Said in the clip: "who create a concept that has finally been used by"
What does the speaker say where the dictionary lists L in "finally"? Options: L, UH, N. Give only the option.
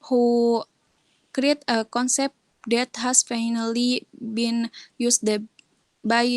L